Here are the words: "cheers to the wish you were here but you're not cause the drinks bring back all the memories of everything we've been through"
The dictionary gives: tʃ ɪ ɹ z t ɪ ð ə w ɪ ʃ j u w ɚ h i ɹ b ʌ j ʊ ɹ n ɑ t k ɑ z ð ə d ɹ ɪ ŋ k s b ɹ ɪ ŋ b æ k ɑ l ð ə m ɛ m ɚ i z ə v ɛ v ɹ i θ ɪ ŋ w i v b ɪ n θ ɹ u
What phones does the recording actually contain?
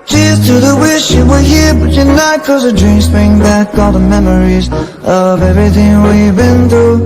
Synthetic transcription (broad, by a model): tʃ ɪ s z t ɪ ð ə w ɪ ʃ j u w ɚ h i ɹ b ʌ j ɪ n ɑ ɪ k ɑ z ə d ɹ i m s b ɹ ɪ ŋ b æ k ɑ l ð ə m ɛ m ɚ i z ə v ɛ v ɹ i θ ɪ ŋ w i b ɪ n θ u